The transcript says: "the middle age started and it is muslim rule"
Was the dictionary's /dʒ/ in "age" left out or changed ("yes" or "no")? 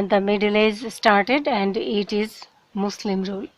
yes